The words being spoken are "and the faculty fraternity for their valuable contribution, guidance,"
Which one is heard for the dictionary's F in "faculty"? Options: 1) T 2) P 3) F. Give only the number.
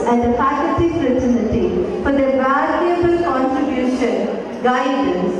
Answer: 2